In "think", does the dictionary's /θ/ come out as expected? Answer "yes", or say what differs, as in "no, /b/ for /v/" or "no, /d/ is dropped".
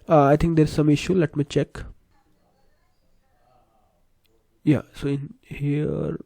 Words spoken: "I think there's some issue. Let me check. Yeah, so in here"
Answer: no, /t/ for /θ/